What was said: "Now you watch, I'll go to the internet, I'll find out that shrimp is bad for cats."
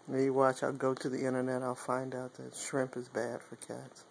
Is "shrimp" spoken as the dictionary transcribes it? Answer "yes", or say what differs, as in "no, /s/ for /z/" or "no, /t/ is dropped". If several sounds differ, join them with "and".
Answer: yes